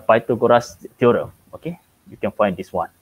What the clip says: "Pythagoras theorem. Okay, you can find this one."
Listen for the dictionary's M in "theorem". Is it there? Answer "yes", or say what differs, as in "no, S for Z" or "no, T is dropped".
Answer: no, M is dropped